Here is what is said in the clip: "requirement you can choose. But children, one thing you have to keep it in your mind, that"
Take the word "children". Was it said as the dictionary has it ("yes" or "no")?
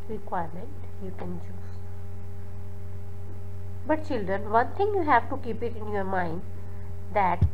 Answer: yes